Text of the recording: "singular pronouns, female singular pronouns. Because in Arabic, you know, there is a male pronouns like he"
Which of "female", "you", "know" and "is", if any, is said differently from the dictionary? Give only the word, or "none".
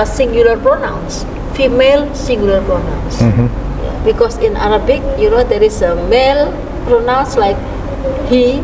is